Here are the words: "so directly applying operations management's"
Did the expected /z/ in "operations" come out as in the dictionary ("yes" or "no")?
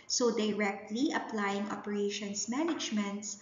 no